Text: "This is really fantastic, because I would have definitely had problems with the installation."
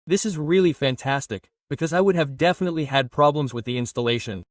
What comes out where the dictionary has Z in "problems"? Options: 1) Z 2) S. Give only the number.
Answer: 1